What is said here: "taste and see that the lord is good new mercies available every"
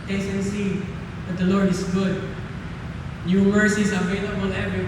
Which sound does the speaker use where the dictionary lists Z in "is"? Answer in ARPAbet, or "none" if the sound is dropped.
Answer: S